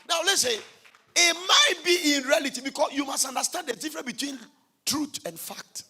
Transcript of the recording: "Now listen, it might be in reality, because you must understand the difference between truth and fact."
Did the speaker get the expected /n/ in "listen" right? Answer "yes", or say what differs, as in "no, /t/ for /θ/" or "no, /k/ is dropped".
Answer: no, /n/ is dropped